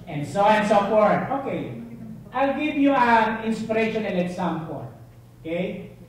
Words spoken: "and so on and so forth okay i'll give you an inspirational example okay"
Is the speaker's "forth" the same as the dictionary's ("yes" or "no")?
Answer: no